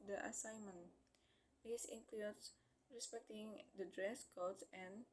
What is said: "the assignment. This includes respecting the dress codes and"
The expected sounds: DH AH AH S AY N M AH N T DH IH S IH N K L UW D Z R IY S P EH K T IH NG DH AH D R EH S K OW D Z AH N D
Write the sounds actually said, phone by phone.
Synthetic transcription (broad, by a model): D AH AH S AY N M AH N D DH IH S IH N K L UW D S R IY S P EH K T IH NG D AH D R EH S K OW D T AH N